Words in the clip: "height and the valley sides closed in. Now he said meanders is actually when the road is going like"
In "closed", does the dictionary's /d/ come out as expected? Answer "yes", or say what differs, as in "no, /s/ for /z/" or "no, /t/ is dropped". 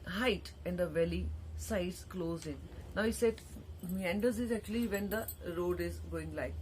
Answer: no, /d/ is dropped